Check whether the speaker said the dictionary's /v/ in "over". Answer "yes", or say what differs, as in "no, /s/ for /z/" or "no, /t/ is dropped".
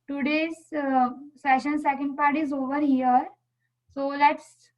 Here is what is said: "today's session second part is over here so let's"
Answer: yes